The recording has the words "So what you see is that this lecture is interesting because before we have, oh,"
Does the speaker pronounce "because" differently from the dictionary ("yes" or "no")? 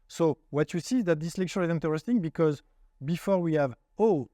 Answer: no